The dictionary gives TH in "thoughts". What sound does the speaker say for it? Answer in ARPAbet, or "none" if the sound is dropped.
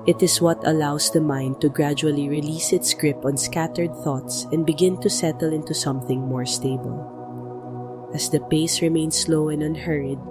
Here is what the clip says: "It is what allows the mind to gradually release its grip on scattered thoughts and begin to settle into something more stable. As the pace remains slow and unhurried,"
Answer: TH